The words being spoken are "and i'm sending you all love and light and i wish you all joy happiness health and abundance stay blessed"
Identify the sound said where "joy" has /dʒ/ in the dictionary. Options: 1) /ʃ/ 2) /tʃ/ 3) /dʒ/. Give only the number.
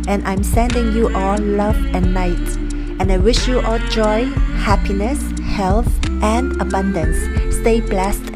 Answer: 3